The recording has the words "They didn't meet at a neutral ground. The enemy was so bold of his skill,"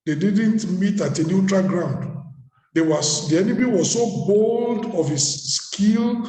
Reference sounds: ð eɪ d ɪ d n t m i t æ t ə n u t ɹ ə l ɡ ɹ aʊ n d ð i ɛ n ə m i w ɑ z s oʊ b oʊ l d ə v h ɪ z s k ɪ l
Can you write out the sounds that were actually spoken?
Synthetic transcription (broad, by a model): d eɪ d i d n t m i t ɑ t ə n u t ɹ ə l ɡ ɹ aʊ n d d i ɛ n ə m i w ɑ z s oʊ b oʊ l d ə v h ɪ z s k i l